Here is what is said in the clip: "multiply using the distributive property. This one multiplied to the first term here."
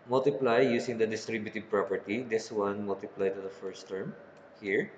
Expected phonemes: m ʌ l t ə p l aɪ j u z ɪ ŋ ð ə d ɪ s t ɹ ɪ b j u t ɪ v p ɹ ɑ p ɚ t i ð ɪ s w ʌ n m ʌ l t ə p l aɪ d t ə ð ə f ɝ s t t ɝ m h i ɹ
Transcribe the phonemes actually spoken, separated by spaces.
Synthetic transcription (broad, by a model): m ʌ l t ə p l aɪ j u s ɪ ŋ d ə d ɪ s t ɹ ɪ b j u t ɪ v p ɹ ɑ p ɚ t i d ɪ s w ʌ n m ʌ l t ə p l aɪ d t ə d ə f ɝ s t t ɝ m h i ɹ